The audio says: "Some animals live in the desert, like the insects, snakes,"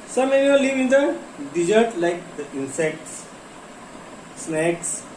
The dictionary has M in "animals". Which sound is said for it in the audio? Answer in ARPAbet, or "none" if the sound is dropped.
none